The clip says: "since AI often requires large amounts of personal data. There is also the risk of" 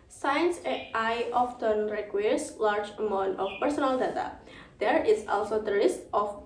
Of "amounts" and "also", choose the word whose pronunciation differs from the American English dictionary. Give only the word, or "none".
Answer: amounts